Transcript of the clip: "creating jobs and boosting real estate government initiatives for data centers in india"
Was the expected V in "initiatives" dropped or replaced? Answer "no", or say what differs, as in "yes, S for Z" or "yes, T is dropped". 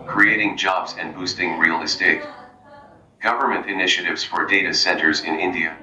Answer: no